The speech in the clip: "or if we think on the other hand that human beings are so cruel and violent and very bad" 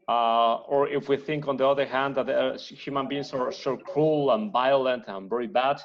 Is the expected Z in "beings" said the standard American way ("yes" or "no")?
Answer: no